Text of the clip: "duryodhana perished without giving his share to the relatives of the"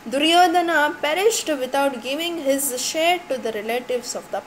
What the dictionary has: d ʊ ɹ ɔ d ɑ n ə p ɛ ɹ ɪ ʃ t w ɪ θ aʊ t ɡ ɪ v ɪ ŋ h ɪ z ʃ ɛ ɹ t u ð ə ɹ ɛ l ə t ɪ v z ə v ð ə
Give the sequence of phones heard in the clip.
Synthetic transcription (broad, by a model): d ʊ ɹ ɔ d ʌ n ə p ɛ ɹ ɪ ʃ t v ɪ t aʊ t ɡ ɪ v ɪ ŋ h ɪ z ʃ ɛ ɹ t u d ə ɹ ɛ l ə t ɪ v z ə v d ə